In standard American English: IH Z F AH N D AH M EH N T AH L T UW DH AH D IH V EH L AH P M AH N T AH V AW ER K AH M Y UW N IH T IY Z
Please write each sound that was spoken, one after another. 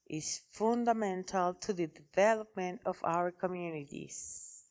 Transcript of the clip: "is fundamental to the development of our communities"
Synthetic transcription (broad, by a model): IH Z F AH N D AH M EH N T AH L T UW DH AH D IH V EH L AH P M AH N T AH V AW ER K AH M Y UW N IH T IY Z